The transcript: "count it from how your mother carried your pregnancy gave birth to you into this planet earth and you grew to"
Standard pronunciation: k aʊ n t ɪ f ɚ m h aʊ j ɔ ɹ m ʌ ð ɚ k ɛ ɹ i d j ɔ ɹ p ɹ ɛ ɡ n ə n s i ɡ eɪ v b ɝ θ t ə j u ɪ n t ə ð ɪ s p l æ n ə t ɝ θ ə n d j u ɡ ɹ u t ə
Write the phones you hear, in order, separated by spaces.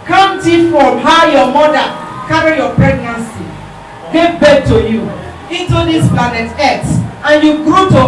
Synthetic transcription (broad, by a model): k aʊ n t ɪ f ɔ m h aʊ j ɔ m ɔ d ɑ k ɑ ɹ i j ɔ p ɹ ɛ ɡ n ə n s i ɡ eɪ v b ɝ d t ə j u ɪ t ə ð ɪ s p l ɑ n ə t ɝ t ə n j u ɡ ɹ u t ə